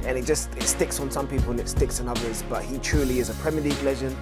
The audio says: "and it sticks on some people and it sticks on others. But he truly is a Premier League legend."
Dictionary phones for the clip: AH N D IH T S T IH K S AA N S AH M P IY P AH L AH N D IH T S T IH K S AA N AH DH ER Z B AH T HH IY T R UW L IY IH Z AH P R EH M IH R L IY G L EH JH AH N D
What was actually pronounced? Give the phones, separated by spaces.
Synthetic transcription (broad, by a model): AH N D IH T S T IH K S N S AH M P IY P AH L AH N IH T S T IH K S N AH DH ER Z B AH T HH IY T R UW L IY IH Z AH P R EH M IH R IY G L EH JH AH N